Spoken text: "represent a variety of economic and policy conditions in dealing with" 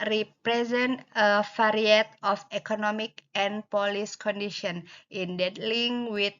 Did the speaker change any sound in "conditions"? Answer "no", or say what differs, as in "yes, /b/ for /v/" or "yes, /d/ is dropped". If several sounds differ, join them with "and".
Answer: yes, /z/ is dropped